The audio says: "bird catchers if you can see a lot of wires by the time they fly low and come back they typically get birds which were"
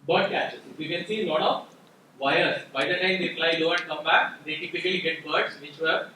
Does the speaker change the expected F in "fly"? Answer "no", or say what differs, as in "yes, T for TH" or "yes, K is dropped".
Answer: yes, P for F